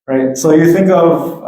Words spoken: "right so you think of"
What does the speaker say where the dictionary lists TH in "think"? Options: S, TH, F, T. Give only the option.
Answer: TH